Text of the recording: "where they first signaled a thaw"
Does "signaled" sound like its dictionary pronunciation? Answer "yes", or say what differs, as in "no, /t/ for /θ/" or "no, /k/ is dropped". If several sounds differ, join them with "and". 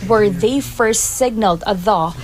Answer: yes